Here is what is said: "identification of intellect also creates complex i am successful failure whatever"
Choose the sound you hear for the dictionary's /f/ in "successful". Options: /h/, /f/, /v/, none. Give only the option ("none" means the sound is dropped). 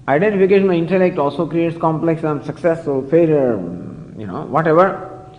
none